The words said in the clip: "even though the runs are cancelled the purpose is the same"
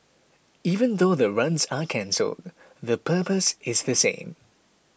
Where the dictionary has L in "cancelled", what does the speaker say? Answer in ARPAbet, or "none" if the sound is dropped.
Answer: L